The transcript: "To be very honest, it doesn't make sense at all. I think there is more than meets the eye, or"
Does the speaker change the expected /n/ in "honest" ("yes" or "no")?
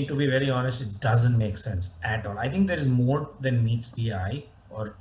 no